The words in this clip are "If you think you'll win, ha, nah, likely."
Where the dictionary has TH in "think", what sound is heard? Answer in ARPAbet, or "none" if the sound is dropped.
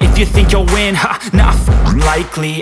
TH